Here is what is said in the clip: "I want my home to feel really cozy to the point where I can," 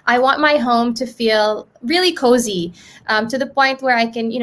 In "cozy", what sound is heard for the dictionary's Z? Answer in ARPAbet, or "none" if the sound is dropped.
Z